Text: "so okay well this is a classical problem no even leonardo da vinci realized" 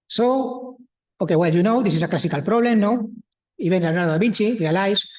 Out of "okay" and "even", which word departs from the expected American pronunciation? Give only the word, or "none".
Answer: even